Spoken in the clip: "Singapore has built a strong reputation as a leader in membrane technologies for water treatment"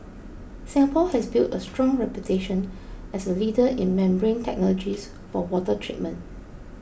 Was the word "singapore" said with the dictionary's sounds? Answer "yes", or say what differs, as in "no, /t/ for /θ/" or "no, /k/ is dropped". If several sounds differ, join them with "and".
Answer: no, /l/ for /ɹ/